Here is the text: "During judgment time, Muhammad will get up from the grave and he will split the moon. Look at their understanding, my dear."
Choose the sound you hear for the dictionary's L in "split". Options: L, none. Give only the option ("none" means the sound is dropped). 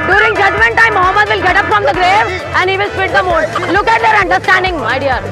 none